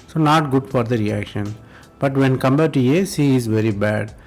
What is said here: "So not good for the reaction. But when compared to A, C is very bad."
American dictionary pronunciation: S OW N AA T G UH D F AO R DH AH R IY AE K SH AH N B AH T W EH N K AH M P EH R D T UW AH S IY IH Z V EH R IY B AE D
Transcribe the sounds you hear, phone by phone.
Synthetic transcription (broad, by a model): S OW N AA T G UH D F AO R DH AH R IY AE K SH AH N B AH T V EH N K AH M B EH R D T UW AH S IY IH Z V EH R IY B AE D